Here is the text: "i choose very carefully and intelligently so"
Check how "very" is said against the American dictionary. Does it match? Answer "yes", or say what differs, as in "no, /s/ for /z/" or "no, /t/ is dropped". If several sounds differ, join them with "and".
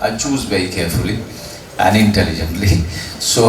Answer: no, /b/ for /v/